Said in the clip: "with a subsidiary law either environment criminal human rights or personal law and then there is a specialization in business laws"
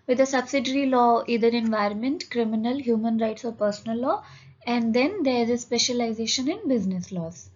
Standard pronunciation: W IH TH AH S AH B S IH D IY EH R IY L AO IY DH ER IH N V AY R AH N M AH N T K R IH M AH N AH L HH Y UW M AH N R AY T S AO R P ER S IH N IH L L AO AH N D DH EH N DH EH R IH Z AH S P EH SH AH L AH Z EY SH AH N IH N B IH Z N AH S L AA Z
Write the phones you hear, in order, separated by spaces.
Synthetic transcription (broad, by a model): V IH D AH S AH B S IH D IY R IY L AO IY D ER IH N V AY R AH N M AH N T K R IH M AH N AH L HH Y UW M AH N R AY T S AO R P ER S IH N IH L L AO AH N D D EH N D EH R IH Z AH S P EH SH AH L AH Z EY SH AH N IH N B IH Z N AH S L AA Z